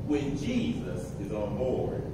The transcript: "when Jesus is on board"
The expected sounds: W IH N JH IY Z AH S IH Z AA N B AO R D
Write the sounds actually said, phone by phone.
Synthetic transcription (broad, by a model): W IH N JH IY Z AH S IH Z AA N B AO R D